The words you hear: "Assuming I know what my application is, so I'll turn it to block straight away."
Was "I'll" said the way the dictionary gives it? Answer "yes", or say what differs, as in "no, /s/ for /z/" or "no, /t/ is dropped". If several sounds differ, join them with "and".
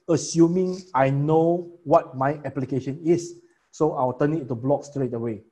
no, /w/ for /l/